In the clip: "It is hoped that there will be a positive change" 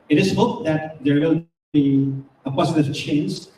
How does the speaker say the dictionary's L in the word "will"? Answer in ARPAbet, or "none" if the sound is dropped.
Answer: N